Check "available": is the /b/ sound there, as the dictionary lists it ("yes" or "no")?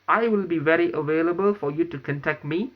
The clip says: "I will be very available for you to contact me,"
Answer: yes